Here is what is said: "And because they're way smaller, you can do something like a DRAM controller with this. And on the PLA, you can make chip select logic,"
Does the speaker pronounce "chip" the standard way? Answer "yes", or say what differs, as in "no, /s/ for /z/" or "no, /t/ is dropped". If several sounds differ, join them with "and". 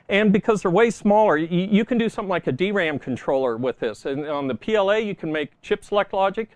yes